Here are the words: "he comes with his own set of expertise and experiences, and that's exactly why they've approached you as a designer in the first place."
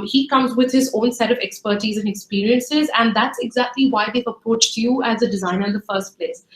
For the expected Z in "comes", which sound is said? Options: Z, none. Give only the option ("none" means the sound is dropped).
Z